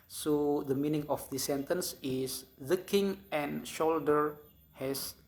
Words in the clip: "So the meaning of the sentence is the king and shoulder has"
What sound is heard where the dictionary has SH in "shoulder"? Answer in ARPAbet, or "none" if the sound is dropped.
SH